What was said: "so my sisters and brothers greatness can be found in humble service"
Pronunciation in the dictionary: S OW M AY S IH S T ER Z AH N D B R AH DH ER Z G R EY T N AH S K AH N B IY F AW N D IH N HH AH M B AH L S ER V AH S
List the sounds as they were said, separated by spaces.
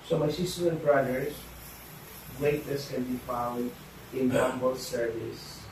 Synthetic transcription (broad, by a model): S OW M AY S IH S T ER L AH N B R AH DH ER S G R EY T AH S K AH N B IY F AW L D IH N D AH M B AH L S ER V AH S